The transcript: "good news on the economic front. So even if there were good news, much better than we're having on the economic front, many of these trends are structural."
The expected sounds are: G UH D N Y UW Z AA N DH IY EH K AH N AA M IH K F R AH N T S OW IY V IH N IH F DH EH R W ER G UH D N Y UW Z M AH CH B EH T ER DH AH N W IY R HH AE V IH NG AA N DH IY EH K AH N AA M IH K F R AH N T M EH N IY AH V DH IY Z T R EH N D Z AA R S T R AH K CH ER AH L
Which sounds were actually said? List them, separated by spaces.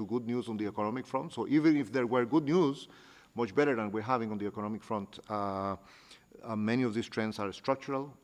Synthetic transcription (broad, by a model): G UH D N Y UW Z AA N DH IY EH K AH N AA M IH K F R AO N T S OW IY V IH N IH F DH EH R W ER G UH D N Y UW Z M AH CH B EH T ER DH AH N W IY R HH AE V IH NG AA N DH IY EH K AH N AA M IH K F R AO N T M EH N IY AH V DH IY S T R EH N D S AA R S T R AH K CH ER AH L